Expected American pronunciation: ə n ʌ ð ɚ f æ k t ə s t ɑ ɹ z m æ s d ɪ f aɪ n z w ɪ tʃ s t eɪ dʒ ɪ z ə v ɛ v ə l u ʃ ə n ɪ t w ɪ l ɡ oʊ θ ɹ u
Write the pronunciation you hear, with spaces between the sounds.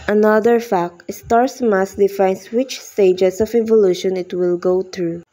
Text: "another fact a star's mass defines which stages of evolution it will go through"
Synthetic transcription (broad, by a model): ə n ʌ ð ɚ f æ k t s t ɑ ɹ s m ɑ s d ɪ f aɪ n s w ɪ tʃ s t eɪ dʒ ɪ s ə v ɛ v ə l u ʃ ə n ɪ t w ɪ l ɡ oʊ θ ɹ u